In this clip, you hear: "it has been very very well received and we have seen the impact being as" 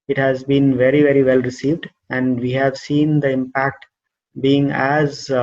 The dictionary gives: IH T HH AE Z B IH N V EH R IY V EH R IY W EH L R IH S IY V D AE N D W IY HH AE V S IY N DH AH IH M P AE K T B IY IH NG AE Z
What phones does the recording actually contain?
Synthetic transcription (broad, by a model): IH T HH AE Z B IH N V EH R IY V EH R IY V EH L R IH S IY V D AE N D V IY HH AE V S IY N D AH IH M P AE K T B IY IH NG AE Z